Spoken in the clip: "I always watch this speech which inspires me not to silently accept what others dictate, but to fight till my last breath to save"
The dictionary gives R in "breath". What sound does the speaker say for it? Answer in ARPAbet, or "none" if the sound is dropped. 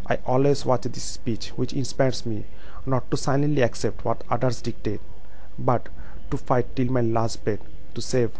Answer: none